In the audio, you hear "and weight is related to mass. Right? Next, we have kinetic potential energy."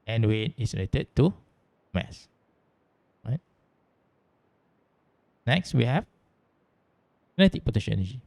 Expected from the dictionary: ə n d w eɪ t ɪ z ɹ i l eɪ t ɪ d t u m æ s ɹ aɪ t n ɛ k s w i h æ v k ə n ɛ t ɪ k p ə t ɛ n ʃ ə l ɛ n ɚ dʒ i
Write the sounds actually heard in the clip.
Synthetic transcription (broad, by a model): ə n w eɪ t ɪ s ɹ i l eɪ t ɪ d t u m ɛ s ɹ aɪ t n ɛ k s w i h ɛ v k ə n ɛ t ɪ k p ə t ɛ ʃ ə n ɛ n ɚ dʒ i